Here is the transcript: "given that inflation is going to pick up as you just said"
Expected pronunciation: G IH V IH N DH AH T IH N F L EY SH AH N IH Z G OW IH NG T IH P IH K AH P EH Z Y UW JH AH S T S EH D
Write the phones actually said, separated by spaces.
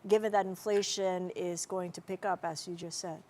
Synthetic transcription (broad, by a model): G IH V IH N DH AH T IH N F L EY SH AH N IH Z G OW IH NG T IH P IH K AH P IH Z Y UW JH AH S T S EH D